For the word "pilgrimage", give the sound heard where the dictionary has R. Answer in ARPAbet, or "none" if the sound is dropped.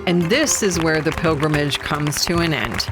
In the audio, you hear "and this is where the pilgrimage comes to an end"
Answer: R